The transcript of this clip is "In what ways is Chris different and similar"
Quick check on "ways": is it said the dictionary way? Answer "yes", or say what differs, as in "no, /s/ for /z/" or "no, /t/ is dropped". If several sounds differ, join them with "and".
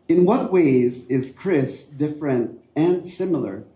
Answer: yes